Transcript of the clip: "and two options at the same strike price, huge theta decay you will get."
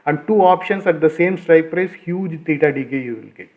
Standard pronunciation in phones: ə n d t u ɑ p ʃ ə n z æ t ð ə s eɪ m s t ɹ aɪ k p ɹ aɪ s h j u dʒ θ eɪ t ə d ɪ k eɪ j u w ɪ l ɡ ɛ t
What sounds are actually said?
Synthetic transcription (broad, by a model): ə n d t u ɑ p ʃ ə n s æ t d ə s eɪ m s t ɹ aɪ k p ɹ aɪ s h j u dʒ t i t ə d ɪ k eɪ j u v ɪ l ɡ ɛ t